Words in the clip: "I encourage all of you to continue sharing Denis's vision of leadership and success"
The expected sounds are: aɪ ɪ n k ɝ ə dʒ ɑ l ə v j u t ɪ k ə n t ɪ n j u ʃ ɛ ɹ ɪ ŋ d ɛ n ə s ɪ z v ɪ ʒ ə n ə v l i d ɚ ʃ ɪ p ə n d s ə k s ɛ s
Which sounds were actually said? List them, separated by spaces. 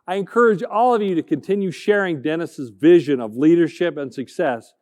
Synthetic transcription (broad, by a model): aɪ ɪ n k ɝ ə dʒ ɑ l ə v j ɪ t ɪ k ə n t ɪ n j u ʃ ɛ ɹ ɪ ŋ d ɛ n ə s ɪ z v ɪ ʒ ə n ə v l i d ɚ ʃ ɪ p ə n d s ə k s ɛ s